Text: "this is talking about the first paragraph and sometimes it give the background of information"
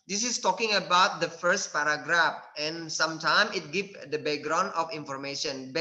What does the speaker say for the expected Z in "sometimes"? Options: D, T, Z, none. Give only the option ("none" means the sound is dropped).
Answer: none